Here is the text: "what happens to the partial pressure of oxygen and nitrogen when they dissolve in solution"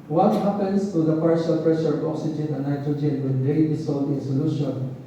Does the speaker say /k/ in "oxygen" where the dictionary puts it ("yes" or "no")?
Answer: yes